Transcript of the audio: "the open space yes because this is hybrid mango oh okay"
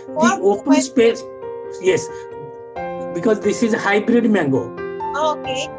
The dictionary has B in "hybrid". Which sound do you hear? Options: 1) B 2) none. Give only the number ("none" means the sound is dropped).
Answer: 1